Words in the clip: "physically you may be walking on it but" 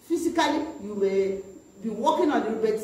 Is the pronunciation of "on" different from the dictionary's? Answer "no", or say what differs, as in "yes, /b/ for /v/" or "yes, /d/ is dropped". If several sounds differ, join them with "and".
yes, /l/ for /n/